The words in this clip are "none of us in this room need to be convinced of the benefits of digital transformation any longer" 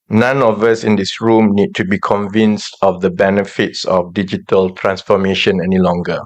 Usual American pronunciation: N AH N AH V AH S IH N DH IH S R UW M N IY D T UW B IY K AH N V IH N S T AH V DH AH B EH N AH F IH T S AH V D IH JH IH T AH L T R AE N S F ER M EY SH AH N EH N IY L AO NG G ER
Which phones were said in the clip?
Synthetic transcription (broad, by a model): N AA N AH V AH S IH N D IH S R UW M N IY D T UW B IY K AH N V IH N S T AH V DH AH B EH N AH F IH T S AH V D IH JH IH T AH L T R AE N S F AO M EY SH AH N EH N IY L AO NG G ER